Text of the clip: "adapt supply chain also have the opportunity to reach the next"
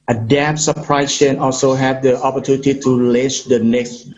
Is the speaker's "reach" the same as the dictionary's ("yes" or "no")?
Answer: no